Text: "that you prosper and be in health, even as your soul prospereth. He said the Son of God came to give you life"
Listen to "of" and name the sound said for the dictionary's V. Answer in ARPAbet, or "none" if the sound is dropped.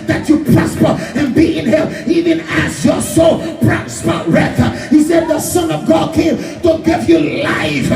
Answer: V